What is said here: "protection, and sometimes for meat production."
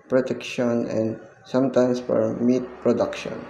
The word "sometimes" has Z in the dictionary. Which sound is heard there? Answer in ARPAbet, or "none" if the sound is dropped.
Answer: S